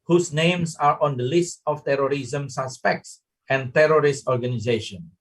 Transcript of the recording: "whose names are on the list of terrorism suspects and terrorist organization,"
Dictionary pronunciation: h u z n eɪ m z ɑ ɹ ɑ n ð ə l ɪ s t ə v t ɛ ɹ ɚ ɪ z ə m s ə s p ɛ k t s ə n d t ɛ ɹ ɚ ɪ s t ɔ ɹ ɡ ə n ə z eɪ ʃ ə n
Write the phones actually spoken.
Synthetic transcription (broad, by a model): h u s n eɪ m s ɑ ɹ ɑ n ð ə l ɪ s t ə f t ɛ ɹ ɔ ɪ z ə m s ə s p ɛ k t s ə n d t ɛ ɹ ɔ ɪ s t ɔ ɹ ɡ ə n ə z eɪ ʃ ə n